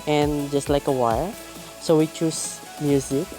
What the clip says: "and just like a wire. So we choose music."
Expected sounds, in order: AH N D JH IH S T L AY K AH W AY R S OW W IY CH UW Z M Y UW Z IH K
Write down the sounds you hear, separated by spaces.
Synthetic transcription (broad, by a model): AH N JH IH S T L AY K AH W AY L S OW W IY CH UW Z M Y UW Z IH K